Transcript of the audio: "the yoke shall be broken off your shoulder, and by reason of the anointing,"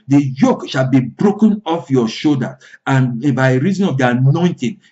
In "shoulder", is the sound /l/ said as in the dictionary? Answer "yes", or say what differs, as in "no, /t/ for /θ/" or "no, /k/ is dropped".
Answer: no, /l/ is dropped